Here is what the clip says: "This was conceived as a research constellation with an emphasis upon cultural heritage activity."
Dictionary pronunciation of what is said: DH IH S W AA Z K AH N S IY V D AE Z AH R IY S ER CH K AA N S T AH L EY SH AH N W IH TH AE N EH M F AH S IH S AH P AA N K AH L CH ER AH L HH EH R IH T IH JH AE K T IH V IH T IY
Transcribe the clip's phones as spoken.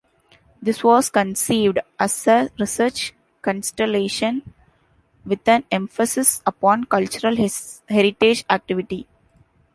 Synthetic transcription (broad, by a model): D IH S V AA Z K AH N S IY V D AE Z AH R IY S ER CH K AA N S T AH L EY SH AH N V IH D AE N EH M F AH S IH S AH P AA N K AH L CH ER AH L HH EH R IH T IH JH AE K T IH V IH T IY